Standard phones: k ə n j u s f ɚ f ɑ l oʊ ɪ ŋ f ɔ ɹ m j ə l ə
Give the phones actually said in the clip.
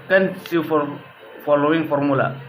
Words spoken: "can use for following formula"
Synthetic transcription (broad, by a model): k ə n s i f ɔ f ɑ l oʊ ɪ ŋ f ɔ ɹ m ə l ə